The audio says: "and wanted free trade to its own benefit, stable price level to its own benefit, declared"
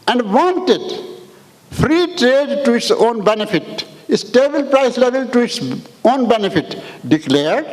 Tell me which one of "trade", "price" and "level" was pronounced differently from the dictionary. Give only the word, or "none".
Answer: none